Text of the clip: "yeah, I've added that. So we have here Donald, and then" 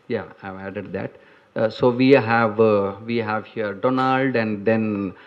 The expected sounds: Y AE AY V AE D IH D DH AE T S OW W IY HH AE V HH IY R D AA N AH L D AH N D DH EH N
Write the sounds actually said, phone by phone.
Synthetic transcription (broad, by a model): Y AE AY V AE D IH D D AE T S OW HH IY HH AE V HH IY R D AA N AH L D AH N D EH N